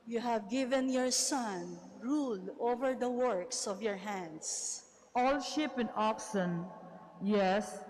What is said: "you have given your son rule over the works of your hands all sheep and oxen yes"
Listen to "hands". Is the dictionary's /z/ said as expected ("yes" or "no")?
no